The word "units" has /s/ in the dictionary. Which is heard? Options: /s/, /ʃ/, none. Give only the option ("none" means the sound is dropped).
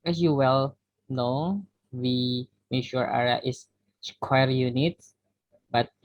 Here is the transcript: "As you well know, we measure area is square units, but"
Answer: none